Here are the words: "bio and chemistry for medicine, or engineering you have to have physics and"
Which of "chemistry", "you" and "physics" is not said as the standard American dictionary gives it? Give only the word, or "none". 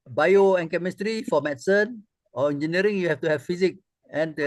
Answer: physics